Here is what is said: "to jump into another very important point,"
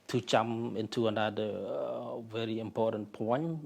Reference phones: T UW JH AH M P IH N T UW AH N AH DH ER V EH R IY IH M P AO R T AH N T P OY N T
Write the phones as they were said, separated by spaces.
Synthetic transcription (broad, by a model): T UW CH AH M IH N T UW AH N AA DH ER V EH R IY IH M P AO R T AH N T P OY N